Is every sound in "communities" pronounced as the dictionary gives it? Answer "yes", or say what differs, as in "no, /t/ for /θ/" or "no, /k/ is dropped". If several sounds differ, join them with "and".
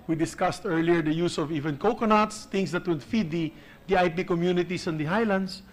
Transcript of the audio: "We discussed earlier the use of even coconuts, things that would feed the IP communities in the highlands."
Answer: no, /s/ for /z/